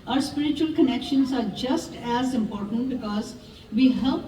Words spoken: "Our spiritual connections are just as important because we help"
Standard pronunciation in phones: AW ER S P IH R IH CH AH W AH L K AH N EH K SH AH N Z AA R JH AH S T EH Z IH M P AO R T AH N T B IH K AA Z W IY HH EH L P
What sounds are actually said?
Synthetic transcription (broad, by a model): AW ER S P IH R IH CH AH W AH L K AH N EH K SH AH N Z AA R JH AH S T EH Z IH M P AO R T AH N T B IH K AA Z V IY HH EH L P